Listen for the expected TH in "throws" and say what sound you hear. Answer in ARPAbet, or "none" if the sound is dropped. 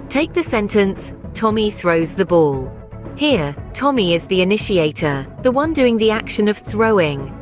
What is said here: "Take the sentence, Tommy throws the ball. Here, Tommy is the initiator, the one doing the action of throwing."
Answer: TH